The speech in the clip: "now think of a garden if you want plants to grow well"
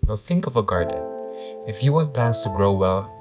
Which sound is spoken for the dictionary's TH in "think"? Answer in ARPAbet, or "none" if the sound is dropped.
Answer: TH